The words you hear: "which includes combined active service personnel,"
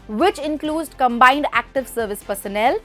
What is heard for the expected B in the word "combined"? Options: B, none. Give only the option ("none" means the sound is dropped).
B